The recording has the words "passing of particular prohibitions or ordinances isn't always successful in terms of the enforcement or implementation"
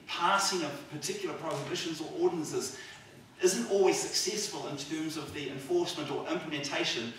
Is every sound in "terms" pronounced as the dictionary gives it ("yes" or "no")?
yes